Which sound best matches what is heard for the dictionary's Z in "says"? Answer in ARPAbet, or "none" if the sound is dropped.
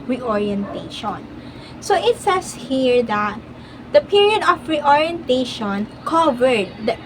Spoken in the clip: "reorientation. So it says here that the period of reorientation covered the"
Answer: S